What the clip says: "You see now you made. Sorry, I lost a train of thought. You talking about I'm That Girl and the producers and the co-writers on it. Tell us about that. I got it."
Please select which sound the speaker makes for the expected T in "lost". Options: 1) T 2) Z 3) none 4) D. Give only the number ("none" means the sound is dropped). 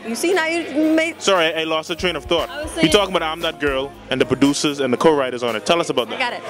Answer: 3